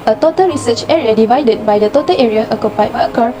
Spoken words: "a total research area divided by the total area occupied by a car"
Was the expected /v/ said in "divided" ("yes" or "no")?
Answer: yes